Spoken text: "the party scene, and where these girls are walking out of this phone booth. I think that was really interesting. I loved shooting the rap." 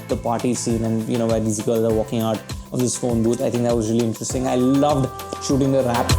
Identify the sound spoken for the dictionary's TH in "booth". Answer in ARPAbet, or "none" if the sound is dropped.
T